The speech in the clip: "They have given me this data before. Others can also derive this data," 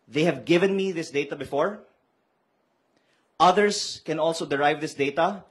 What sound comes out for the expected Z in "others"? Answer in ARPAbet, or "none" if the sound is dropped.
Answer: S